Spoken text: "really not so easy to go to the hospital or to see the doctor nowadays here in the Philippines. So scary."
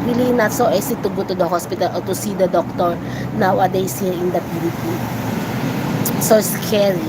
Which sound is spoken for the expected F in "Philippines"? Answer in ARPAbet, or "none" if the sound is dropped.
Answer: P